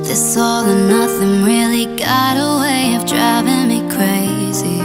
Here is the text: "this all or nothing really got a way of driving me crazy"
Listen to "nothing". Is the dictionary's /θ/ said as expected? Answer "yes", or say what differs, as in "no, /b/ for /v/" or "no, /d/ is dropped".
yes